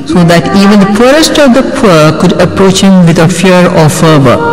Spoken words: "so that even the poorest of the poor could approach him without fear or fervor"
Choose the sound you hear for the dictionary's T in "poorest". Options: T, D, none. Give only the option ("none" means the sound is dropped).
T